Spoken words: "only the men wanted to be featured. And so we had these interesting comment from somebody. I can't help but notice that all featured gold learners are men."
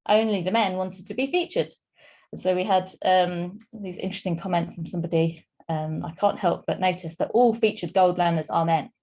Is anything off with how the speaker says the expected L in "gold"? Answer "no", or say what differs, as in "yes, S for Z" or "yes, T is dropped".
no